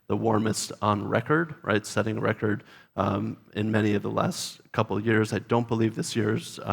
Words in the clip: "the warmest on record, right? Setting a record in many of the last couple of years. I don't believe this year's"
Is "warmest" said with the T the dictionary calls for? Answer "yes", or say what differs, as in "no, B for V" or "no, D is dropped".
yes